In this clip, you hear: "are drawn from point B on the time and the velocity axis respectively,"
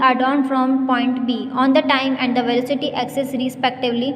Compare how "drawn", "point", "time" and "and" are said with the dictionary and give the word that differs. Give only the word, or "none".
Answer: drawn